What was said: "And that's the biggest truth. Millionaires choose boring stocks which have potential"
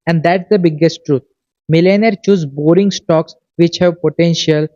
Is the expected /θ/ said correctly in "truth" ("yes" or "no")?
no